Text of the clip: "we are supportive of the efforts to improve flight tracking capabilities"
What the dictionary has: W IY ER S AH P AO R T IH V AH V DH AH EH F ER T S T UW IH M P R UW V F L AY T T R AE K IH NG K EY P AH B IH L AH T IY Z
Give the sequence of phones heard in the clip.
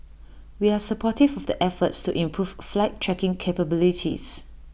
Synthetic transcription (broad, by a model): W IY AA S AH P AO T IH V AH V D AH EH F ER T S T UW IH M P R UW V F L AY T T R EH K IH NG K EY P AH B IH L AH T IY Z